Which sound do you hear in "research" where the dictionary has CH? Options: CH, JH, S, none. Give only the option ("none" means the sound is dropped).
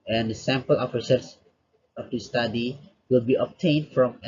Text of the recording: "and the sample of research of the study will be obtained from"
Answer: S